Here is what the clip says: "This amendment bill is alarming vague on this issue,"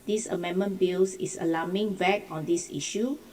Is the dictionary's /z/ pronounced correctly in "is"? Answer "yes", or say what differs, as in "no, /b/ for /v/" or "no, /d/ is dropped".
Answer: no, /s/ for /z/